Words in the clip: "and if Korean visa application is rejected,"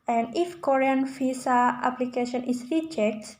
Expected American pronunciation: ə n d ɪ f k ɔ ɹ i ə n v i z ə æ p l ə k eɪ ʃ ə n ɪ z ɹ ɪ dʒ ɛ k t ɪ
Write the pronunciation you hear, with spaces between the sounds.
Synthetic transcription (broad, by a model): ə n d ɪ f k ɔ ɹ i ə n f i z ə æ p l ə k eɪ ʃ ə n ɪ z ɹ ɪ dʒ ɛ k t